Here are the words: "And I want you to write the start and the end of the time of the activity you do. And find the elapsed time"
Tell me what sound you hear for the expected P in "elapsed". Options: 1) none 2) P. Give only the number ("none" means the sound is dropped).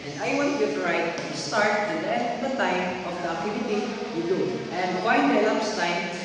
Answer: 1